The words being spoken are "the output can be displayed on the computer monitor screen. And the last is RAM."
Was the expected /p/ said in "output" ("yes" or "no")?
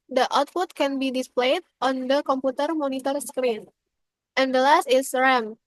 no